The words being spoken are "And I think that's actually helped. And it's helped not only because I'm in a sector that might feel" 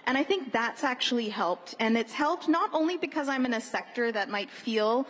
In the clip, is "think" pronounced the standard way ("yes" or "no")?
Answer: yes